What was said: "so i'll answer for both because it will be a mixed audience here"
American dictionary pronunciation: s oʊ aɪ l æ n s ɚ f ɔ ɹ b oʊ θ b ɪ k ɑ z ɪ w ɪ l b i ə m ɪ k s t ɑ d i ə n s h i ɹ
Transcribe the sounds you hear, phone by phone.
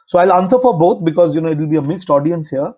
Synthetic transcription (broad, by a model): s oʊ aɪ l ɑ n s ɚ f ɔ ɹ b oʊ t b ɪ k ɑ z ɪ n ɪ l b i ə m ɪ k s t ɑ d i ə n s h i ɹ